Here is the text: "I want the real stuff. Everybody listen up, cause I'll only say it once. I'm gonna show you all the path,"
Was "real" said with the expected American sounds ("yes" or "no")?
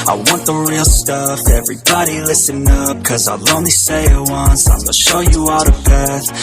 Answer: yes